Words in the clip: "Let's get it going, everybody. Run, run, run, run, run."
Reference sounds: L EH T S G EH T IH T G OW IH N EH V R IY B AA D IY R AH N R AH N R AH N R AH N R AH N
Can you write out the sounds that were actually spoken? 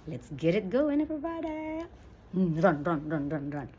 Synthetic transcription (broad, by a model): L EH T S G EH T IH T G OW IH N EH P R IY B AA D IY R AH N R AH N R AH N R AH N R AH N